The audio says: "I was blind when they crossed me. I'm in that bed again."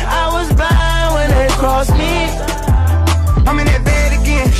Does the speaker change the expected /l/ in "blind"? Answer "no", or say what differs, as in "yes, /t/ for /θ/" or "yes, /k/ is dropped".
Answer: yes, /l/ is dropped